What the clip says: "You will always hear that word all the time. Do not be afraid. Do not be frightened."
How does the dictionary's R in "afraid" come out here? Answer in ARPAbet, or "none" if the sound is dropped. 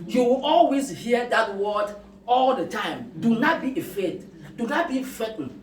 none